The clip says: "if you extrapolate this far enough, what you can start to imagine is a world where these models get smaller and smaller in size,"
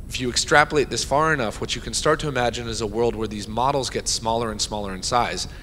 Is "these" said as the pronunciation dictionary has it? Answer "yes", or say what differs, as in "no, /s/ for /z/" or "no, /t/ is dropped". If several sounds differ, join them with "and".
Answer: yes